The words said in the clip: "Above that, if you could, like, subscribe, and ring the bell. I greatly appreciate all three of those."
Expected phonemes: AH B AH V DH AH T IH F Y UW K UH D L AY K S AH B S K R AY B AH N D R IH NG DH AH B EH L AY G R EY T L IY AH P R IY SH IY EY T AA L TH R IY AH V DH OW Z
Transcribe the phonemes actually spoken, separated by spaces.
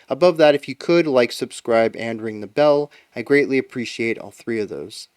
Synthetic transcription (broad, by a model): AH B AH V DH AH T IH F Y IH K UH D L AY K S AH B S K R AY B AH N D R IH NG DH AH B EH L AY G R EY T L IY AH P R IY SH IY EY T AA L TH R IY AH V DH OW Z